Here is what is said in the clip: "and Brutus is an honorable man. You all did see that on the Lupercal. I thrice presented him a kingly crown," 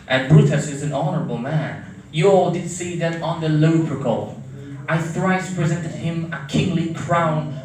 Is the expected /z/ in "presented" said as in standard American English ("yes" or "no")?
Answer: yes